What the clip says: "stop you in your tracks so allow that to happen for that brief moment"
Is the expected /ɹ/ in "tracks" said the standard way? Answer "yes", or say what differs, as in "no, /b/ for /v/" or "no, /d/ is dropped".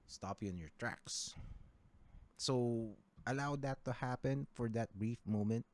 yes